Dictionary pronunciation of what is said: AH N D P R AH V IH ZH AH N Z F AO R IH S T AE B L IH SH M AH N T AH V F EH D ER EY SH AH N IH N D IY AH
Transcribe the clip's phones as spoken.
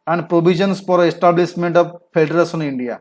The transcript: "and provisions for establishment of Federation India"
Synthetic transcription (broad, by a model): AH N D P R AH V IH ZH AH N S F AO R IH S T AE B L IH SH M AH N T AH V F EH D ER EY S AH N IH N D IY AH